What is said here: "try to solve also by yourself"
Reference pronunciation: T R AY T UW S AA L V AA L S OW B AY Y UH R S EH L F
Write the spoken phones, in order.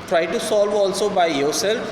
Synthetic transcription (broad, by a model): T R AY T UW S AA L V AA L S OW B AY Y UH R S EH L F